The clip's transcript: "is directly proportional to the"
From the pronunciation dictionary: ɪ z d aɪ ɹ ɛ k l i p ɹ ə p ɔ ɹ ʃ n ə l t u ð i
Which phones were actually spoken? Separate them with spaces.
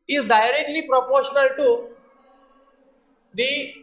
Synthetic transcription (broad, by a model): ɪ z d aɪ ɹ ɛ k l i p ɹ ə p ɔ ɹ ʃ n ə l t u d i